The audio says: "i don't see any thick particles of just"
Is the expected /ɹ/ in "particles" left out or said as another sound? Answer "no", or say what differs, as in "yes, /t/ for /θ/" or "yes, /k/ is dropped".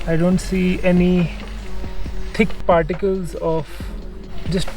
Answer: no